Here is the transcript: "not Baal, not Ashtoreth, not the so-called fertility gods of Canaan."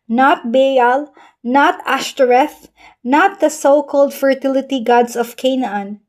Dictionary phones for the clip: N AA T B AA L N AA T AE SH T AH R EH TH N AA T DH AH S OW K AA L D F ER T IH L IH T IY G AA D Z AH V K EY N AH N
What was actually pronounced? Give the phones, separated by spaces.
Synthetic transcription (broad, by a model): N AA T B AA L N AA T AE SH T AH R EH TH N AA T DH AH S OW K AA L D F ER T IH L IH T IY G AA D S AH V K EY N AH N